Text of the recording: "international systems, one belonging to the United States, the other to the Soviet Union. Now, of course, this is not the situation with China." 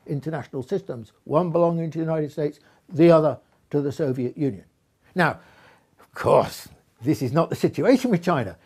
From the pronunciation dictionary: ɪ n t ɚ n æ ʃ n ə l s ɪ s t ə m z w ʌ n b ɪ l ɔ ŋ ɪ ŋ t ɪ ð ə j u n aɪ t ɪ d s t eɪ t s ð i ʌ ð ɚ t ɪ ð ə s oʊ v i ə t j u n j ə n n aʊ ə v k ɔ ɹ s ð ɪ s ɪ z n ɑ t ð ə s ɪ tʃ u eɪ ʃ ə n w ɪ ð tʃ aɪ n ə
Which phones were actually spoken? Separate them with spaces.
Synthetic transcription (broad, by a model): ɪ n t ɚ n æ ʃ n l s ɪ s t ə m z w ʌ n b ɪ l ɔ ŋ ɪ ŋ t ɪ j u n aɪ t ɪ d s t eɪ t s ð i ʌ ð ɚ t ɪ ð ə s oʊ v i ə t j u n j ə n n aʊ ə v k ɔ ɹ s ð ɪ s ɪ z n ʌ t ð ə s ɪ tʃ u eɪ ʃ ə n w ɪ ð tʃ aɪ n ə